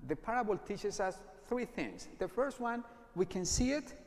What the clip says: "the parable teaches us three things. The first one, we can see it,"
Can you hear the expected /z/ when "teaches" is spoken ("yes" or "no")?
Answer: no